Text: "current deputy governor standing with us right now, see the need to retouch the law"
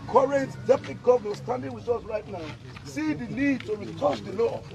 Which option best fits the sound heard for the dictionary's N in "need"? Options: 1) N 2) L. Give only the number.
2